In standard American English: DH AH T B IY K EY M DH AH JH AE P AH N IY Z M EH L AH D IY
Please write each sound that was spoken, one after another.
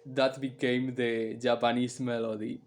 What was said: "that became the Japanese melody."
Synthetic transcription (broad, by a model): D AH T B IY K EY M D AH JH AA P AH N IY S M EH L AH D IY